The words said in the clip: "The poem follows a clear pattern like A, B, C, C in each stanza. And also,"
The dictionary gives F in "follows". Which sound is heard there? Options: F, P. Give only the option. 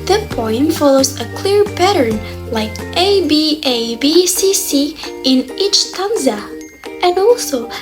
F